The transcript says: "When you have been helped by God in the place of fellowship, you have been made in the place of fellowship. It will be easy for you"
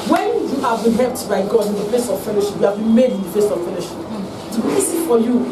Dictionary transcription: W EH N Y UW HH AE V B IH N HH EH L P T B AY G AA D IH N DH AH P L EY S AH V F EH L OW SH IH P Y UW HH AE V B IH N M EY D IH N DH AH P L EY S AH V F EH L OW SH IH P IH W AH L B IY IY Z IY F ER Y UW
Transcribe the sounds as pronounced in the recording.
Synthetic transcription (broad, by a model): W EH N Y UW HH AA V B IH N HH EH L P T B AY G AA D IH N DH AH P L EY S AH V F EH L OW SH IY P Y UW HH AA V B IH N M EY D IH N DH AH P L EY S AH V F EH L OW SH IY P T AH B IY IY S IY F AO Y UW